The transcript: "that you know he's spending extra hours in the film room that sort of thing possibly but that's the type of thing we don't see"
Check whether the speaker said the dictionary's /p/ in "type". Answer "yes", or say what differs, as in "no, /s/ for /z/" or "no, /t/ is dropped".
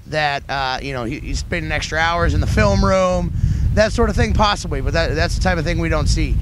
yes